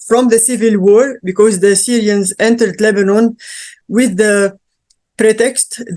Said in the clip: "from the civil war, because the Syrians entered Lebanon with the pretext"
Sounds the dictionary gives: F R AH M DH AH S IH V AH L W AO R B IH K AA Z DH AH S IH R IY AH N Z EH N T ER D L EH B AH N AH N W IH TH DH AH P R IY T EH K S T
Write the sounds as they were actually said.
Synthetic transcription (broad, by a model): F R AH M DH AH S IH V AH L W AO R B IH K AA Z DH AH S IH R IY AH N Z EH N T ER D L EH B AH N AH N W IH DH AH P R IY T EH K S T